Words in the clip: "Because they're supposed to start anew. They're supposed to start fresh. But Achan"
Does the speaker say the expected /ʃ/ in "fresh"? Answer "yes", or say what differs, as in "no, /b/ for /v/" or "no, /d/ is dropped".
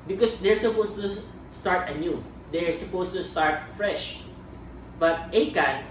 yes